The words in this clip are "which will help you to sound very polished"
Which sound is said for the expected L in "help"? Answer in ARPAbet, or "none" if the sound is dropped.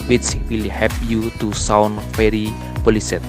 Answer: none